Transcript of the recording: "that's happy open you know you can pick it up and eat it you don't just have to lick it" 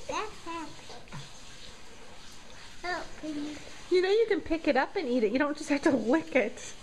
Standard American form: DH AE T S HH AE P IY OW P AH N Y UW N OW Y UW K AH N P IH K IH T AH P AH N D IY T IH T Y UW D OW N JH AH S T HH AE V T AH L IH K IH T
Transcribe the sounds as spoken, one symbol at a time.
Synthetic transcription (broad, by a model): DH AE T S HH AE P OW Y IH N OW Y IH K AH N P IH K IH T AH P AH N IY T IH T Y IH D OW N JH AH S T HH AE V T AH W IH K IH T